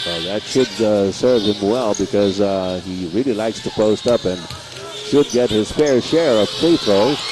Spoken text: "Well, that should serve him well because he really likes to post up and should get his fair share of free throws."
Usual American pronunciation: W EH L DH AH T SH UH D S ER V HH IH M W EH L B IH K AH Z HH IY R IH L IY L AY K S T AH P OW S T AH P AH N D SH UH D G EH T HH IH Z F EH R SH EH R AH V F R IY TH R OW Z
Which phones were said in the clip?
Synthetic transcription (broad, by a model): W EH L DH AH T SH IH D S ER V HH IH M W EH L B IH K AH Z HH IY R IH L IY L AY K S T AH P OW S T AH P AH N SH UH D G EH T HH IH Z F EH R SH EH R AH V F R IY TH R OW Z